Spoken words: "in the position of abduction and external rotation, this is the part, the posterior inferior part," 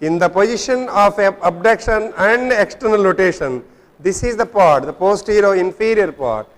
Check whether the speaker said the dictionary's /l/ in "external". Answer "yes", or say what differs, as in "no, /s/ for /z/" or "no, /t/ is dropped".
yes